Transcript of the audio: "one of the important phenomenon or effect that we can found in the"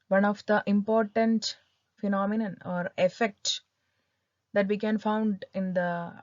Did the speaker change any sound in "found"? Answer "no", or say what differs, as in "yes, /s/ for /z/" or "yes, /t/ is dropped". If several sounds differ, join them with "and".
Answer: no